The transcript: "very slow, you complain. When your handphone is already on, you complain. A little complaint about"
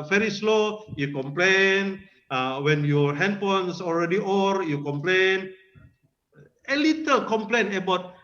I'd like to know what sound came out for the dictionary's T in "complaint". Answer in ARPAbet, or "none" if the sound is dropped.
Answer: none